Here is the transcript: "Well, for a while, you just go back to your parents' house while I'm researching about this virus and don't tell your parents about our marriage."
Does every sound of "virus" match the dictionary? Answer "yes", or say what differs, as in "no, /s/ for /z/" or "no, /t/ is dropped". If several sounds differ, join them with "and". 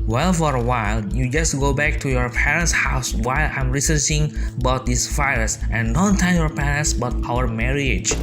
no, /ɹ/ is dropped